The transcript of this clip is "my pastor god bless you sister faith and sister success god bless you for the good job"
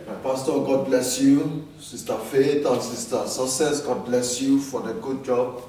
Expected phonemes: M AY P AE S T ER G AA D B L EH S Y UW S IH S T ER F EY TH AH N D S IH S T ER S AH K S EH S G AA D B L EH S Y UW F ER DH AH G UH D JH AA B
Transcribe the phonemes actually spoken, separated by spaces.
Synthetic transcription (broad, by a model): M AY P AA S T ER G AA D B L EH S Y UW S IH S T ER F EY T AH S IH S T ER S AH K S EH S G AA D B L EH S Y UW F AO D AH G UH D JH AA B